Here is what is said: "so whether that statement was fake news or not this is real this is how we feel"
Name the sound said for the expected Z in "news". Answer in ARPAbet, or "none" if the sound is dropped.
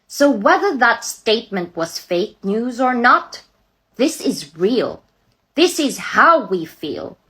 Z